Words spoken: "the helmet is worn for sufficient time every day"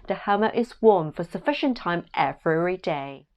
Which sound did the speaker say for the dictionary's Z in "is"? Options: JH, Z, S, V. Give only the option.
Z